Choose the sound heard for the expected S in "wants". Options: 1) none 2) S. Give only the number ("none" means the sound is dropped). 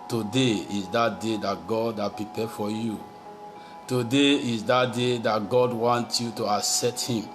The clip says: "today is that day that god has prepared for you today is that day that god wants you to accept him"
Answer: 1